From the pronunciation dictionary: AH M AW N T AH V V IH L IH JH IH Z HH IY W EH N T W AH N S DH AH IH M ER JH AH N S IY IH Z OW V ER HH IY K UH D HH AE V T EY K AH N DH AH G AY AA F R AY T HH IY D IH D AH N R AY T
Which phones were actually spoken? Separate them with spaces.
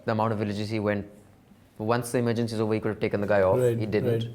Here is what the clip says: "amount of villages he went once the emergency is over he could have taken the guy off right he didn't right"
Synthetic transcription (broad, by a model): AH M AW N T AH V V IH L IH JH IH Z HH IY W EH N T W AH N S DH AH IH M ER JH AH N S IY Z OW V ER HH IY K UH D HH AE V T EY K AH N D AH G AY AA F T HH IY D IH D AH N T